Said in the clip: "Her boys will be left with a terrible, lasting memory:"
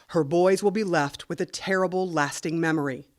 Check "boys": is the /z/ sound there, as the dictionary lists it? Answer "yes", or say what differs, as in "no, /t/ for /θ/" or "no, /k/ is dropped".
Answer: yes